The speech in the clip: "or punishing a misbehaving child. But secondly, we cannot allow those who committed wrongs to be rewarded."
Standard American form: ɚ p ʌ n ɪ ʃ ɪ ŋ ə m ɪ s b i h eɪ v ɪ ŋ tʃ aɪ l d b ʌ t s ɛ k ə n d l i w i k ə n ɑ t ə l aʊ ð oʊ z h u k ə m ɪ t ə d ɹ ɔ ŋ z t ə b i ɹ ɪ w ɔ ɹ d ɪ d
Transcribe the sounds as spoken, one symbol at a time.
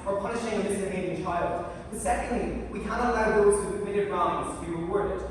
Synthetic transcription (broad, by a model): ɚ p ʌ n ɪ ʃ ɪ ŋ ə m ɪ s i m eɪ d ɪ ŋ tʃ aɪ l d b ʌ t s ɛ k ə n d l i w i k ə n ɑ t ə l aʊ ð oʊ z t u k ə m ɪ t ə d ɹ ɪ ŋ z t ə b i ɹ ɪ w ɔ ɹ d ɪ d